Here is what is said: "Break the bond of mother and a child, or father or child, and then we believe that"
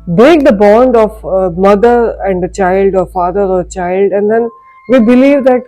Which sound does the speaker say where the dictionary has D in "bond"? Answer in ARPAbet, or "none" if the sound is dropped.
D